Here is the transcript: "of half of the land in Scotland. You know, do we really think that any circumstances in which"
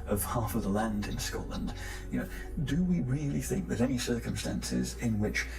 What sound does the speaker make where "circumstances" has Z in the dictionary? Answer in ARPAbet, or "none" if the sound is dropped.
Z